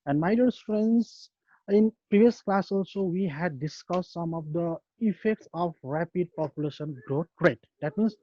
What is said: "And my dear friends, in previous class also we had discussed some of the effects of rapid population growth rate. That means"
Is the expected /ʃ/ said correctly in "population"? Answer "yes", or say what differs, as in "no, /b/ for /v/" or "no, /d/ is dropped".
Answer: yes